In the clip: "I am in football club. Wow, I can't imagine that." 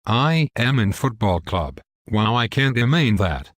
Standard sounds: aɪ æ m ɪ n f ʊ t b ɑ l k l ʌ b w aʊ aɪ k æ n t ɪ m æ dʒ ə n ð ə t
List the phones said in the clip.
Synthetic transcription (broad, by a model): aɪ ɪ m ɪ n f ʊ t b ɑ l k l ʌ b w aʊ aɪ k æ n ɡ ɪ m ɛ ə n ð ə t